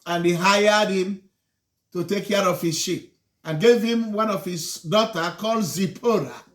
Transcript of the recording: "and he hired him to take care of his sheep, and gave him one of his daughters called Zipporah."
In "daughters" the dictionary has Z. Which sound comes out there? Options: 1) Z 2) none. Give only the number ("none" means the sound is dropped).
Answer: 2